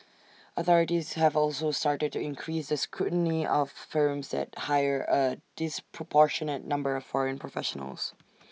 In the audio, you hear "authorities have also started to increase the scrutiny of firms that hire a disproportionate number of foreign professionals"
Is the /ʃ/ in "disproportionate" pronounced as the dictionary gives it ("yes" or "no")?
yes